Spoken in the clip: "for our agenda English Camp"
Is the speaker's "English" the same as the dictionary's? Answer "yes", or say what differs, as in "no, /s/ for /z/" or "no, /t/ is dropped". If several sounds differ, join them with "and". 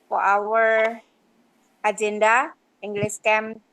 no, /s/ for /ʃ/